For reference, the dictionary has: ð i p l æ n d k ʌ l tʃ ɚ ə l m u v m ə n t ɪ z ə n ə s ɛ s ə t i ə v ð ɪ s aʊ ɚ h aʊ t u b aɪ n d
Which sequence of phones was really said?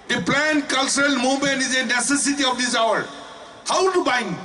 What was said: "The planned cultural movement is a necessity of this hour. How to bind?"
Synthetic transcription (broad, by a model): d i p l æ n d k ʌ l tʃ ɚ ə l m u m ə n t ɪ z ə n ə s ɛ s ə t i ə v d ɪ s aʊ ɚ h aʊ t u b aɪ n